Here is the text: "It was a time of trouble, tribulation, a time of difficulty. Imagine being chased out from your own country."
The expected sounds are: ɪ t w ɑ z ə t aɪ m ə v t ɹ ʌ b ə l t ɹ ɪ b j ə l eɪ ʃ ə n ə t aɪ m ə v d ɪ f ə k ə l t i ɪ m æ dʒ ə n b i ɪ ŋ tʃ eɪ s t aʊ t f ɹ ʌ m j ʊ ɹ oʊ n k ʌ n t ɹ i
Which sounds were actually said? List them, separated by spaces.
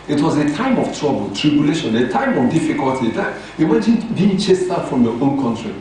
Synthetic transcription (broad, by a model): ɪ t w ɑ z ə t aɪ m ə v t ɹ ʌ b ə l t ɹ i b j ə l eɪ ʃ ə n ə t aɪ m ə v d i f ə k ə l t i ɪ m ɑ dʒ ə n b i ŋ tʃ eɪ s t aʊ f ɹ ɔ m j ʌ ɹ oʊ n k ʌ n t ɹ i